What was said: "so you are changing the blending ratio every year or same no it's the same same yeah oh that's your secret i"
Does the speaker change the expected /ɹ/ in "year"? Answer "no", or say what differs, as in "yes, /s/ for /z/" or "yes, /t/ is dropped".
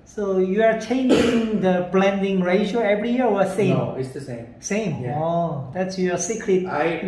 yes, /w/ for /ɹ/